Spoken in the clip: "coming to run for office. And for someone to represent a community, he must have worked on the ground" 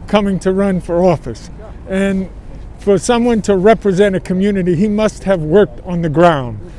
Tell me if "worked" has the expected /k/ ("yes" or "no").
yes